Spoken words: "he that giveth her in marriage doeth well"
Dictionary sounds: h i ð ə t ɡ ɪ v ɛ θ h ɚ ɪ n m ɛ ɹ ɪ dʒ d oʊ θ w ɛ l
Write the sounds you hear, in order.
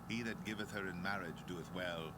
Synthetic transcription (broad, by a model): h i ð ə t ɡ ɪ v ɛ θ h ɚ ɪ n m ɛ ɹ ɪ dʒ d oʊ θ w ɛ l